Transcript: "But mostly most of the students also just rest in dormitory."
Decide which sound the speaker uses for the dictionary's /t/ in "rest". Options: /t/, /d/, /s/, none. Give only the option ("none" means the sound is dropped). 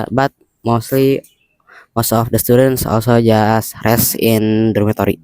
none